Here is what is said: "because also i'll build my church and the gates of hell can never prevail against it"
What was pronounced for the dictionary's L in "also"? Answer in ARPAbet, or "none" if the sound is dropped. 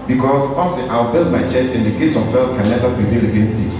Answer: none